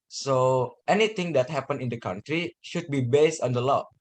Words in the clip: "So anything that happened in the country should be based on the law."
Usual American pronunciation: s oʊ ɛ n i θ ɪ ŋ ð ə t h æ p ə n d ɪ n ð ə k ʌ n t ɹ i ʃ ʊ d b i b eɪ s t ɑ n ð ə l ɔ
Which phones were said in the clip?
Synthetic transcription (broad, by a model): s oʊ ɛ n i t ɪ ŋ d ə t h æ p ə n ɪ n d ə k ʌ n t ɹ i ʃ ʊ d b i b eɪ s t ɑ n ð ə l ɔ